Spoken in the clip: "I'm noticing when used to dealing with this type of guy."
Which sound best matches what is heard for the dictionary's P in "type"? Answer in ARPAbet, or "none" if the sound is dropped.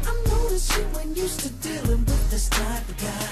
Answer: none